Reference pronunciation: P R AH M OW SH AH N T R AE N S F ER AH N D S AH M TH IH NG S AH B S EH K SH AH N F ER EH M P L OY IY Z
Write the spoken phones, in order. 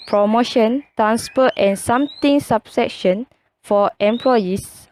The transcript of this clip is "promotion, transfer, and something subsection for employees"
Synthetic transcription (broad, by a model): P R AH M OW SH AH N T R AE N S P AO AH N S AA M T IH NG S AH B S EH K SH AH N F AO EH M P L OY IY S